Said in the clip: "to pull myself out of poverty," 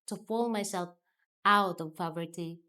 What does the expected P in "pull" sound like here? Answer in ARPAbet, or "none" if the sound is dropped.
F